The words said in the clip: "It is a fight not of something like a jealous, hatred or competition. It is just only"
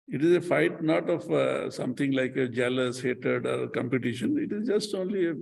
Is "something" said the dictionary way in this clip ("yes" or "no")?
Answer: no